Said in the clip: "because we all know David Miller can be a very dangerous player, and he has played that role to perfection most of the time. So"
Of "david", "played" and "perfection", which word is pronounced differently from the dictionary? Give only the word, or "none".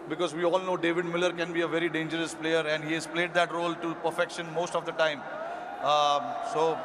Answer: none